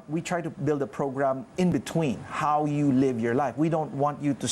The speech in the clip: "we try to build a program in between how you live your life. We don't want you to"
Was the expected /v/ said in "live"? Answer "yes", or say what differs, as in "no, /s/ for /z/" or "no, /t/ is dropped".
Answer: yes